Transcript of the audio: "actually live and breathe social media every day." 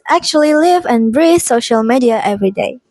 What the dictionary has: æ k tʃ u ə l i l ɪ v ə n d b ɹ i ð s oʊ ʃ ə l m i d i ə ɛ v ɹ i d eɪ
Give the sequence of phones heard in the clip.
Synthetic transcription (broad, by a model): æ k tʃ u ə l i l ɪ v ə n b ɹ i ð s oʊ ʃ ə l m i d i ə ɛ v ɹ i d eɪ